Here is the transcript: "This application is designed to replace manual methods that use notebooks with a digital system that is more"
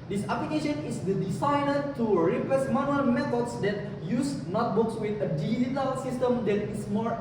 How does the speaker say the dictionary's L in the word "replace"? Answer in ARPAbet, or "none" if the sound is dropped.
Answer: none